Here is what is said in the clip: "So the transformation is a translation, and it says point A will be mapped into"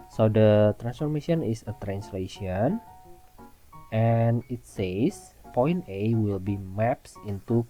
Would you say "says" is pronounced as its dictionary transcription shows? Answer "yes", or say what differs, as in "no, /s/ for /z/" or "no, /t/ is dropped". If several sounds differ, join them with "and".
no, /s/ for /z/